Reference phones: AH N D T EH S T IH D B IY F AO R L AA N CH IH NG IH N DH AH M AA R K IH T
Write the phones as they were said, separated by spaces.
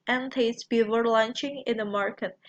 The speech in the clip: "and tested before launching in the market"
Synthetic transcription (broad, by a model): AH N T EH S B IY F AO R L AA N CH IH NG IH N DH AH M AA R K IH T